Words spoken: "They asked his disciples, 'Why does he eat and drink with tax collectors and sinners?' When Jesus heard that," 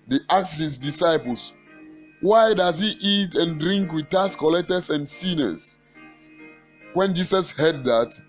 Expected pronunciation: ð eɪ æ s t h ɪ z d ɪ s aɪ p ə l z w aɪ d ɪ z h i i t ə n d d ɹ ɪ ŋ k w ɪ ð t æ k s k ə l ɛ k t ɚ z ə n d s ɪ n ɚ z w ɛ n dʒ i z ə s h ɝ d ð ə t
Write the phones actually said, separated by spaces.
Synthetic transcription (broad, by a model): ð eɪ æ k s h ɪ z d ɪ s aɪ p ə l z w aɪ d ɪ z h i i t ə n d d ɹ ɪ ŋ k w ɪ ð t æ s k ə l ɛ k t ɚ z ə n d s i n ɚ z w ɛ n dʒ i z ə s h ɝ d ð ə t